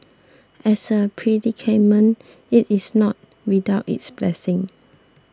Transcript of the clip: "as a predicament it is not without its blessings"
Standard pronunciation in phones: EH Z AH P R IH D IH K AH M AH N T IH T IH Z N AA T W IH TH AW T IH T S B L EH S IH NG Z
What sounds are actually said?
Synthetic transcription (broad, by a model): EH S AH P R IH D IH K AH M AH N IH T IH S N AA T W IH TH AW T IH T S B L EH S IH NG